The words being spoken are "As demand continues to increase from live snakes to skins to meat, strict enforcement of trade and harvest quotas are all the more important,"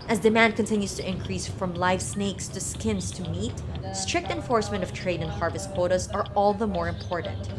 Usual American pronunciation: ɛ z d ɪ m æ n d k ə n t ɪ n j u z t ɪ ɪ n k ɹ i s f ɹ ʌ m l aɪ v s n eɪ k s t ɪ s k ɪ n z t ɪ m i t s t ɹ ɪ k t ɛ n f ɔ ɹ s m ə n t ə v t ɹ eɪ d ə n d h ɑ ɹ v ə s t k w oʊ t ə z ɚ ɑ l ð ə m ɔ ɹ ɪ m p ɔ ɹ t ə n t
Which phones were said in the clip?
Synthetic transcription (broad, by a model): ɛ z d ɪ m æ n d k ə n t ɪ n j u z t ɪ ɪ n k ɹ i s f ɹ ʌ m l aɪ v s n eɪ k s t ɪ s k ɪ n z t ɪ m i t s t ɹ ɪ k t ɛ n f ɔ ɹ s m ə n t ə v t ɹ eɪ d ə n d h ɑ ɹ v ə s t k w oʊ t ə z ɚ ɑ l ð ə m ɔ ɹ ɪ m p ɔ ɹ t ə n t